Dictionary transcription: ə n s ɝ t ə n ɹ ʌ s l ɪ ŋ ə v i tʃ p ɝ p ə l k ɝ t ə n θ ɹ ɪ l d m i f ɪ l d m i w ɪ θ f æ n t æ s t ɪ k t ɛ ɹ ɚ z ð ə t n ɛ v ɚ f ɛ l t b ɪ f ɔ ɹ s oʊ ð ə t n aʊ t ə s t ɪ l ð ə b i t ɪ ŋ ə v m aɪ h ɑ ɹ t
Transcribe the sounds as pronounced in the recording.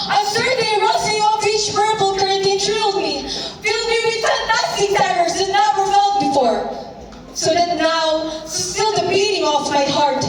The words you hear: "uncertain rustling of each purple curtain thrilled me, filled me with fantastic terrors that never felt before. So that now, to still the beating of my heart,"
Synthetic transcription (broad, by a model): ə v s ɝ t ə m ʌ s ɪ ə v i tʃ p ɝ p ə l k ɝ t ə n t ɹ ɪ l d m i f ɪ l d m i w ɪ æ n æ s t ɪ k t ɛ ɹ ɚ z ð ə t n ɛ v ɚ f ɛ l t b ɪ f ɔ ɹ s oʊ ð ə t n aʊ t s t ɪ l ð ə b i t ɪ ŋ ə f m aɪ h ɑ ɹ t